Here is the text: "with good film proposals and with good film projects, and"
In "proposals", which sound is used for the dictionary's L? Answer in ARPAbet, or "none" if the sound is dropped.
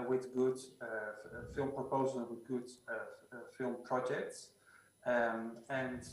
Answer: none